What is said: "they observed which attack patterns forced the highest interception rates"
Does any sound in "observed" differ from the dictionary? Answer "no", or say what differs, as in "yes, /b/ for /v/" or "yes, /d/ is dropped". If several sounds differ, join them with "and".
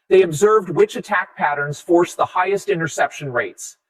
no